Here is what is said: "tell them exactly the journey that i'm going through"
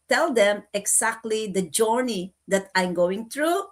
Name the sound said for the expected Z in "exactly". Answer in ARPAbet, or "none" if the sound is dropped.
S